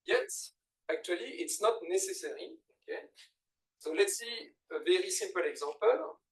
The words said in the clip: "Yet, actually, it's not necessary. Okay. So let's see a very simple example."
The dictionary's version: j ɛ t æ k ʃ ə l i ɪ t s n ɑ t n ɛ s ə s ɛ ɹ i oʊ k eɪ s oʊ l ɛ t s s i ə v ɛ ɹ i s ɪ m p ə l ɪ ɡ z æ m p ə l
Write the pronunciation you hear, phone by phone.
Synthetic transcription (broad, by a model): j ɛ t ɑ k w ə l i ɪ t s n ɑ t n ɛ s ə s ɛ ɹ i oʊ k eɪ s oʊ l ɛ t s s i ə v ɛ ɹ i s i p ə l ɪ ɡ z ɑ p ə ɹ